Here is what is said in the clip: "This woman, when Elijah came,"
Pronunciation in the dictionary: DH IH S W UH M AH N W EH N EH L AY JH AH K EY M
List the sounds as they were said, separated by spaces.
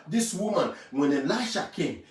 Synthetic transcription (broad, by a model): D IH S W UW M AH N W EH N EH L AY SH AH K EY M